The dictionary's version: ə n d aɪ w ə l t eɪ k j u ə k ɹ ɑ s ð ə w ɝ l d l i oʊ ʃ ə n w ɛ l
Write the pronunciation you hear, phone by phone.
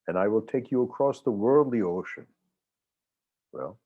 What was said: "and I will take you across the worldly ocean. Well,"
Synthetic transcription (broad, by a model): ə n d aɪ w ə l t eɪ k j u ə k ɹ ɑ s ð ə w ɝ l d l i oʊ ʃ ə n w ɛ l